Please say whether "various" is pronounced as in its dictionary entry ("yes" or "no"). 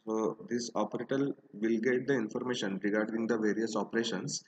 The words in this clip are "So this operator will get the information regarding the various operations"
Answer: yes